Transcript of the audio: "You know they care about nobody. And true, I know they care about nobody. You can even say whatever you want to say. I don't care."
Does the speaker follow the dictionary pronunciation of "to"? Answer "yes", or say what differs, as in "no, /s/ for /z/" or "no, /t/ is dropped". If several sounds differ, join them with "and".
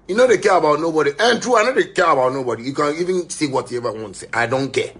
no, /s/ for /t/